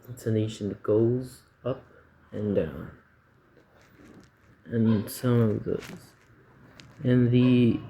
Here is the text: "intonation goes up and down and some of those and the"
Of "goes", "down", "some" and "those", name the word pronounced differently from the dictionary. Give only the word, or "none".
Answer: none